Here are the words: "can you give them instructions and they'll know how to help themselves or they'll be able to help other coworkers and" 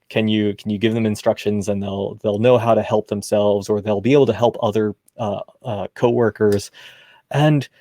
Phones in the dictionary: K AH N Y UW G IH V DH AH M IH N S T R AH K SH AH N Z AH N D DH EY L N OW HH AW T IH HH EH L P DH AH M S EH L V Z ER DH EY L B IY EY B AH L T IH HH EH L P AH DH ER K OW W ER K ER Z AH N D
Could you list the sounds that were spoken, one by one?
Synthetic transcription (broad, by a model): K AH N Y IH G IH V DH AH M IH N S T R AH K SH AH N Z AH N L DH EY L N OW HH AW T IH HH EH L P DH AH M S EH L V Z ER DH EY L B IY EY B L T IH HH EH L P AH DH ER K OW W ER K ER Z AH N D